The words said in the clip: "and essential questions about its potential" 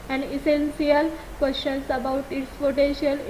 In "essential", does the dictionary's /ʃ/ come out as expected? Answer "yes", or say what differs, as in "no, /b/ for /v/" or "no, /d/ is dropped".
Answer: no, /s/ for /ʃ/